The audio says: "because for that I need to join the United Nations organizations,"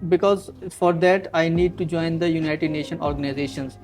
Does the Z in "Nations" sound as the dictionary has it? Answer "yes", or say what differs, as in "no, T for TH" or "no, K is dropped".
no, Z is dropped